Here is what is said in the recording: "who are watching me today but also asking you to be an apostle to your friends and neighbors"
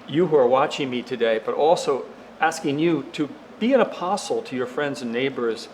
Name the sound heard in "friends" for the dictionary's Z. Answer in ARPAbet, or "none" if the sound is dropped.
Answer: Z